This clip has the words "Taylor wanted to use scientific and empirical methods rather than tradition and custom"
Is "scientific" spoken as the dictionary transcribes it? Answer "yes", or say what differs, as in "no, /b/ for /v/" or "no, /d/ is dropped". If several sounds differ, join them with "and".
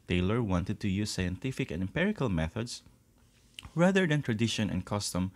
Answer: yes